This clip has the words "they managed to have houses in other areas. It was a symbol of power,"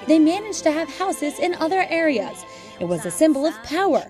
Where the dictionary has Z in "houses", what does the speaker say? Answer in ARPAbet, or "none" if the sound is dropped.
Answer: Z